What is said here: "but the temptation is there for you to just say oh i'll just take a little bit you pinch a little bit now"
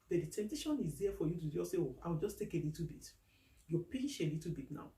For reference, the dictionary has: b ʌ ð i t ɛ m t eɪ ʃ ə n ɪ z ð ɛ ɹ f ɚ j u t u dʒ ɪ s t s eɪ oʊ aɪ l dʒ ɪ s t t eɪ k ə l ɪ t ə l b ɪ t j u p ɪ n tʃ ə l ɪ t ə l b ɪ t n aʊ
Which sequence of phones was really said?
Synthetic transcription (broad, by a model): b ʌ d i t ɛ m t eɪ ʃ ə n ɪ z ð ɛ f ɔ j u t u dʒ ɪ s s eɪ oʊ aɪ w dʒ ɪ s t t eɪ k ə l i t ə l b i t j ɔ p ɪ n ʃ ə l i t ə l b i t n aʊ